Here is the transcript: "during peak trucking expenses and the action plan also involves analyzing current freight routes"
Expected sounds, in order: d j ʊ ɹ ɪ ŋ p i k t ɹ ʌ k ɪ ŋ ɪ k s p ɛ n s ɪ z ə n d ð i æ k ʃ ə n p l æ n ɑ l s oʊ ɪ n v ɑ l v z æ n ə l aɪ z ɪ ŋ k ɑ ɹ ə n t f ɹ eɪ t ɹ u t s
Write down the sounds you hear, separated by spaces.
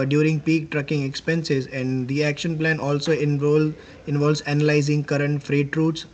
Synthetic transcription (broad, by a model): d j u ɹ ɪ ŋ p i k t ɹ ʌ k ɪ ŋ ɪ k s p ɛ n s ɪ z ə n d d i æ k ʃ ə n p l æ n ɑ l s oʊ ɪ n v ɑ l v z æ n ə l aɪ z ɪ ŋ k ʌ ɹ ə n t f ɹ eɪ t ɹ u t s